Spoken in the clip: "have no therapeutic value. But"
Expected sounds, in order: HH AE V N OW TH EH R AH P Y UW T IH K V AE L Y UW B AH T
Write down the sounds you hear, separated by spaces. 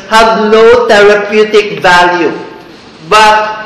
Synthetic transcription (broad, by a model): HH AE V N OW T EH R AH P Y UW T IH K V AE L Y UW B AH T